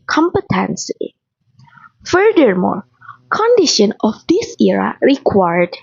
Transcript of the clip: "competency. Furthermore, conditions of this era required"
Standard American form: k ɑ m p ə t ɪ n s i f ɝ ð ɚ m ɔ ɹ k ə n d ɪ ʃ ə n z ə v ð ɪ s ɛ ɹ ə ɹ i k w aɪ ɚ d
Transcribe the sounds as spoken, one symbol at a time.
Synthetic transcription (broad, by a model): k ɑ m p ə t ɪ n s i f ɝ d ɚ m ɔ ɹ k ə n d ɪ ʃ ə n ə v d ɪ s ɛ ɹ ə ɹ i k w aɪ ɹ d